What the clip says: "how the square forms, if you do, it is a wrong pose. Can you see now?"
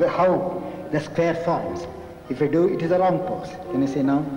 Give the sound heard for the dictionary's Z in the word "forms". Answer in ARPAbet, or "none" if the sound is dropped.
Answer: S